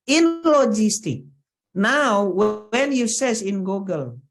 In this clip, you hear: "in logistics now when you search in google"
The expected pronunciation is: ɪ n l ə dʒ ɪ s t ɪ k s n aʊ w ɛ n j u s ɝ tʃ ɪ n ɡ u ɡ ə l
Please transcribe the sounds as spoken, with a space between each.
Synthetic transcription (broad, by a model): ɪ n l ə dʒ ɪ s t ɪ k n aʊ w ɛ n j u s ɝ s ɪ n ɡ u ɡ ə l